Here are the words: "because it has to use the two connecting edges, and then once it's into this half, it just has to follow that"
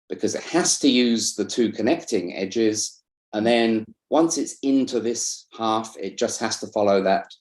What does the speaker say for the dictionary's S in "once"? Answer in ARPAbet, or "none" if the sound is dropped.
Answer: S